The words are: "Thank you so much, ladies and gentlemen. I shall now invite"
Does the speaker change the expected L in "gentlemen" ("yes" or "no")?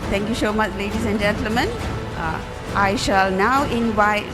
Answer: no